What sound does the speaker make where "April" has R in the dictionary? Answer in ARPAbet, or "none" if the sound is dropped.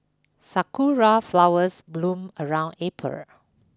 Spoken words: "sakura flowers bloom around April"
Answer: none